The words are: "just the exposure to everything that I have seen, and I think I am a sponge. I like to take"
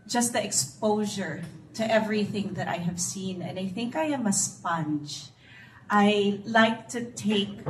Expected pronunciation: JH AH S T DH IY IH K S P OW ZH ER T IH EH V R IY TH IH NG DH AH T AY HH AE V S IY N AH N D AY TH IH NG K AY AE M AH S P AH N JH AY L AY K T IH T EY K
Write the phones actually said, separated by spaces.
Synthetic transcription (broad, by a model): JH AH S T DH IY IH K S P OW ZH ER T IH EH V R IY TH IH NG DH AH T AY HH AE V S IY N AH N D AY TH IH NG K AY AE M AH S P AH N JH AY L AY K T IH T EY K